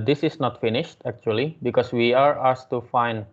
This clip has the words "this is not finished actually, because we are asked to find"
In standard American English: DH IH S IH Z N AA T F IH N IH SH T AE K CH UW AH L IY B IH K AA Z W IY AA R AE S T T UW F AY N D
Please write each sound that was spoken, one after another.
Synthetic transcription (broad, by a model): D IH S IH S N AA T F IH N IH SH T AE K CH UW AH L IY B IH K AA S W IY AA R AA S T T UW F AY N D